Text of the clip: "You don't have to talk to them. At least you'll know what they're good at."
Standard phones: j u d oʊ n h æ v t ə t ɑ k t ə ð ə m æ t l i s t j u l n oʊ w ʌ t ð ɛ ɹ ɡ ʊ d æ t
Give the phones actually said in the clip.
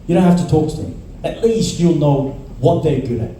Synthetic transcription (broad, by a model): j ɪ d oʊ n h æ f t ə t ɑ k t ə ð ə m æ t l i s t j u l n oʊ w ʌ t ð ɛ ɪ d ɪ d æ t